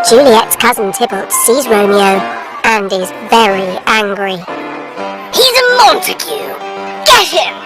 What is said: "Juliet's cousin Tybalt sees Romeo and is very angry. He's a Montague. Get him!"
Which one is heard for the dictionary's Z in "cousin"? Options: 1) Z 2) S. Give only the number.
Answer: 1